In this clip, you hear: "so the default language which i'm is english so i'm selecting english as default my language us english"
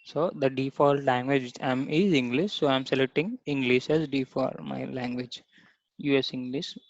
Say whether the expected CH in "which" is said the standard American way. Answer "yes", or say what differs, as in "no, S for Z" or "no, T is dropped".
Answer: no, CH is dropped